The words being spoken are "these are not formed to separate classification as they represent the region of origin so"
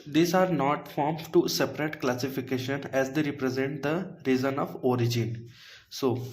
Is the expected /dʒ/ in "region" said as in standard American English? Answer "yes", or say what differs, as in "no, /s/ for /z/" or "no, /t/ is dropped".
no, /z/ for /dʒ/